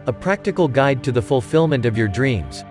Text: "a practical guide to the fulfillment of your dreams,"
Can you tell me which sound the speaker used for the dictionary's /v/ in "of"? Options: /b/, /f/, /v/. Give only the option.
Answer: /v/